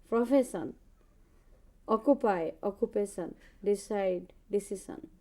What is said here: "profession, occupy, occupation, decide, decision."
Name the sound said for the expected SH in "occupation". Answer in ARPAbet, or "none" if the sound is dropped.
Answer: S